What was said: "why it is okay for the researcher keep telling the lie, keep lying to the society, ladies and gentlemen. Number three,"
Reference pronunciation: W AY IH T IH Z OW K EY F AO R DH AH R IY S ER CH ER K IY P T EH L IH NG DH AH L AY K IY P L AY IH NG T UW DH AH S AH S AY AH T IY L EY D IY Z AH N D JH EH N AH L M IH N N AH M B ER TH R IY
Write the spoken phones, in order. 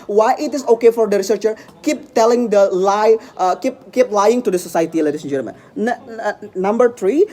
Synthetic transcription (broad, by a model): W AY IH T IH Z OW K EY F AO R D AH R IY S ER CH ER K IY P T EH L IH NG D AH L AY K IY P L AY IH NG T UW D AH S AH S AY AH T IY L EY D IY S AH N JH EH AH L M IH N N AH M B ER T R IY